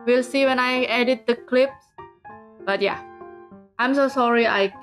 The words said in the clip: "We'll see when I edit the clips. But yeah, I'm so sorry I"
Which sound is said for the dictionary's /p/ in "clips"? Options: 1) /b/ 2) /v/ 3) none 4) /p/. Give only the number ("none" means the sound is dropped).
4